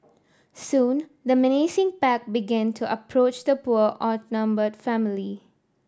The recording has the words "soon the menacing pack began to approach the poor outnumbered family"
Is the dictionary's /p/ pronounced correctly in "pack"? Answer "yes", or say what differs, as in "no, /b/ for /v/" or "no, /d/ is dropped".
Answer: yes